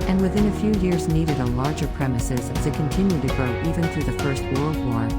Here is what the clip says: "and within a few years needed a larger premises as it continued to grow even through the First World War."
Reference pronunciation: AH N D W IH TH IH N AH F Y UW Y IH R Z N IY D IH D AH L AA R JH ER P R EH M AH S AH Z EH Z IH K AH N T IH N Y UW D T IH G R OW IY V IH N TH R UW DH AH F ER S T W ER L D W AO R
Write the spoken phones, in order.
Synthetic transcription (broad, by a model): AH N W IH TH IH N AH F Y UW Y IH R Z N IY D IH D AH L AA R JH ER P R EH M AH S AH Z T IH K AH N T IH N Y UW D T IH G R OW IY V IH N TH R UW DH AH F ER S T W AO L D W AO R